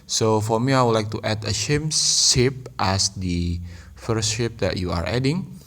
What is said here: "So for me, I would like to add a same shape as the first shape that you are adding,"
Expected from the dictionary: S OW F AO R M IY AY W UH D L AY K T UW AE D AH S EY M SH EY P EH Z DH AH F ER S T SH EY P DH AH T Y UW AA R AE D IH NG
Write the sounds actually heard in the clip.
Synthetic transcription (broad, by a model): S OW F AO R M IY AY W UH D L AY K T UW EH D AH SH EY M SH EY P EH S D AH F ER S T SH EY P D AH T Y UW AA R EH D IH NG